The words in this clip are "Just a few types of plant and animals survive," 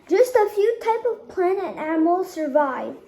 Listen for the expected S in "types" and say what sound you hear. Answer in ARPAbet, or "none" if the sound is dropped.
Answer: none